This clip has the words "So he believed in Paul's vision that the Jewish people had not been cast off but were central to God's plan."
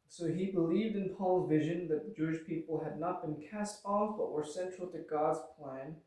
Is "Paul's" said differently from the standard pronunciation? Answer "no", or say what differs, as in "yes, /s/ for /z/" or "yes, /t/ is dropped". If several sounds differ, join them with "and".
no